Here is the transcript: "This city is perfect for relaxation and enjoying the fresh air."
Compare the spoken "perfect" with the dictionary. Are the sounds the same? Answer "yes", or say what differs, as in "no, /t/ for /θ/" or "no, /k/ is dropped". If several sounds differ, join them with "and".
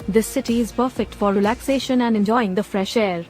yes